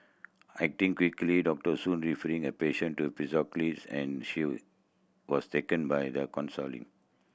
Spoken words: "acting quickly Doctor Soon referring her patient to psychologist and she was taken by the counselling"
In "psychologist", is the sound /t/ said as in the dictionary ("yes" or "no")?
no